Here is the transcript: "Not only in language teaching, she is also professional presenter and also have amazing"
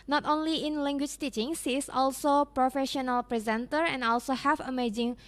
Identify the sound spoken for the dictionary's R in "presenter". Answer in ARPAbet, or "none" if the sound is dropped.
R